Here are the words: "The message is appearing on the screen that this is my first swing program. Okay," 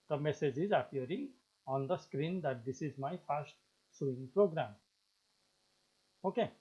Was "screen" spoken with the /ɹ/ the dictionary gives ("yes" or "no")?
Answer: yes